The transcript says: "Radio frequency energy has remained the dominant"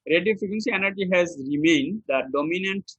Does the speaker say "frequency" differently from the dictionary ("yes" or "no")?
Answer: yes